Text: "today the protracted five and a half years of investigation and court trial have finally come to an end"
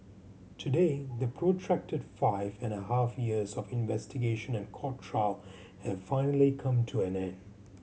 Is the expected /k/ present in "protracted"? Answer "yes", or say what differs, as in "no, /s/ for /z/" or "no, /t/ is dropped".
yes